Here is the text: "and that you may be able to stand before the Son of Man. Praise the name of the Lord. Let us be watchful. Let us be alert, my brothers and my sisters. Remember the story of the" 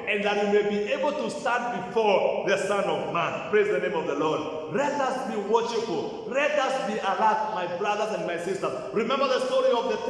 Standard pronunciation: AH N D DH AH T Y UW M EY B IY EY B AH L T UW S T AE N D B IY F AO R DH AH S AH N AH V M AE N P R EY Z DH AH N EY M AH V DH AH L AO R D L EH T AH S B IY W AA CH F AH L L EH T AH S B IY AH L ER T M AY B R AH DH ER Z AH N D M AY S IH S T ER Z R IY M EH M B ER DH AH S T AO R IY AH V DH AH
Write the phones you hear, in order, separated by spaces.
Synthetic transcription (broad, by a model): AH N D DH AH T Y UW M EY B IY EY B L T UW S T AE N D B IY F AO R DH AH S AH N AH V M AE N P R EY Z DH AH N EY M AH V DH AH L AO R D L EH T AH S B IY W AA SH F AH L L EH T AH S B IY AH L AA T M AY B R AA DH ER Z AH N D M AY S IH S T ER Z R IY M EH M B ER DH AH S T AO R IY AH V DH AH